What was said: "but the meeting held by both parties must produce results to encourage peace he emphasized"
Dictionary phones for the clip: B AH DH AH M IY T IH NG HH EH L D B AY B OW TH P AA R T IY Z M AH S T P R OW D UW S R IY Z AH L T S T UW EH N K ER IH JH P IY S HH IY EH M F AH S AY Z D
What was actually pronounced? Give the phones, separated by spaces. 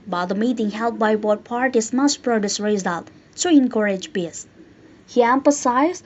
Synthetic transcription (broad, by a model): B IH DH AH M IY T IH NG HH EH L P B AY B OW T P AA R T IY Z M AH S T P R OW D UW S R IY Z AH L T T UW EH N K ER IH JH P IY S HH IY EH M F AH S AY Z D